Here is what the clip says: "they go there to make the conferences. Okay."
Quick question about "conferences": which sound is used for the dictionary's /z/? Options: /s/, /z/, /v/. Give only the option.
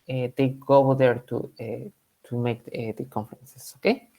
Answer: /s/